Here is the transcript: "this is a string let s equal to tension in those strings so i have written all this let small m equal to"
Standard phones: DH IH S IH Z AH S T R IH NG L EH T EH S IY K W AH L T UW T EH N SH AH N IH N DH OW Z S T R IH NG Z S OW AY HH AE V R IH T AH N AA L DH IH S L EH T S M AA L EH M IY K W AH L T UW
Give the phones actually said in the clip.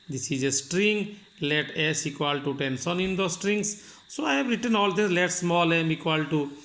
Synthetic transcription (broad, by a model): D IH S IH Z AH S T R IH NG L EH T EH S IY K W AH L T UW T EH N S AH N IH N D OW S T R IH NG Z S OW AY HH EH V R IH T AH N AA L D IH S L EH T S M AA L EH M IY K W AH L T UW